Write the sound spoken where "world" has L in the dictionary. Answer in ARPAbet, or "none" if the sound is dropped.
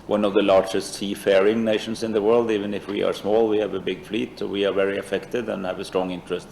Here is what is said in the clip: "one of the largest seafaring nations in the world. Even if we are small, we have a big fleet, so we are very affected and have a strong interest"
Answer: L